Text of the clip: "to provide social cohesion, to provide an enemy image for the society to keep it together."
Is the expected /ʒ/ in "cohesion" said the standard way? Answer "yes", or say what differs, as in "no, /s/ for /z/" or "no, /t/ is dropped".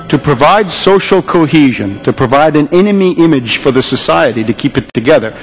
yes